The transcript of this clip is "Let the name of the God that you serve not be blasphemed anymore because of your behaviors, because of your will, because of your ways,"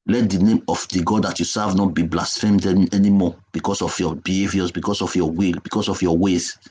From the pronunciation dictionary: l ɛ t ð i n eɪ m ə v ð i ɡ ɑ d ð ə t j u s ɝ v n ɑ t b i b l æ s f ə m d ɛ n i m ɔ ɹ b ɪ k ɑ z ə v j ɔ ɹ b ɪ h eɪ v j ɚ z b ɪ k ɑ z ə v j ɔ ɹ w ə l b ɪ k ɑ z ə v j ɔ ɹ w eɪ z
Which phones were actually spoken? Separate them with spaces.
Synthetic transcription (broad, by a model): l ɛ t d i n eɪ m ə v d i ɡ ɑ d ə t j u s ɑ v n ɑ t b i b l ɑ s f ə m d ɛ n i m ɔ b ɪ k ɑ s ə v j ɔ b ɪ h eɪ v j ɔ s b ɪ k ɑ s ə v j ɔ w ə l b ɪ k ɑ s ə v j ɔ w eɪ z